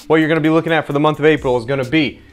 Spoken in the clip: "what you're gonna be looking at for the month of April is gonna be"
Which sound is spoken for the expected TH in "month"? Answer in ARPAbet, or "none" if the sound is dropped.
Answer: TH